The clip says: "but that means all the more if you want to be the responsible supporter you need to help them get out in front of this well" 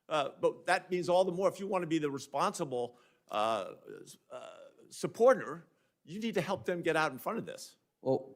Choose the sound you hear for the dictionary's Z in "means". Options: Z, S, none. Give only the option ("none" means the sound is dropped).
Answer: Z